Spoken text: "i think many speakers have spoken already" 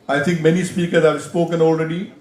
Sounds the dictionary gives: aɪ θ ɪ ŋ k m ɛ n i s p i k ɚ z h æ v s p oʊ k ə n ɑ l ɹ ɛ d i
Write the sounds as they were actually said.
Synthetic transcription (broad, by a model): aɪ t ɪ ŋ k m ɛ n i s p i k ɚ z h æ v s p oʊ k ə n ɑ l ɹ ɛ d i